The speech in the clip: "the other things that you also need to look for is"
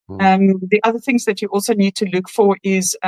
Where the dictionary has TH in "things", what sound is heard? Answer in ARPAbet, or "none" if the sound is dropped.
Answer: TH